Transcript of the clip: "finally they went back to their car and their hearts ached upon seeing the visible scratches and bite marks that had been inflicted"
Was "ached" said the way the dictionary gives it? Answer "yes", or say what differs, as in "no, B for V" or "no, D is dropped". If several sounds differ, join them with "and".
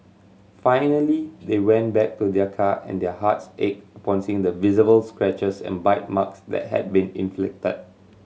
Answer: no, T is dropped